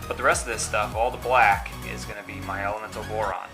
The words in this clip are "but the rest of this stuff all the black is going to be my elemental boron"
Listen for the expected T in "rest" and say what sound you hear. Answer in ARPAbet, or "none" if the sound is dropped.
T